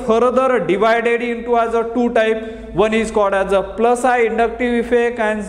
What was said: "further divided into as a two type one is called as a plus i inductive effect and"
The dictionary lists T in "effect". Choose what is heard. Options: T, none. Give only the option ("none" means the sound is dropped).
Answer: none